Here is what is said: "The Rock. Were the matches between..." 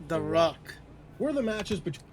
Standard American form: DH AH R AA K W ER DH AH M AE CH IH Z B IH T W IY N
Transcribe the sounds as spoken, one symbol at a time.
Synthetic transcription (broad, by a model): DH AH R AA K W ER DH AH M AE CH IH Z B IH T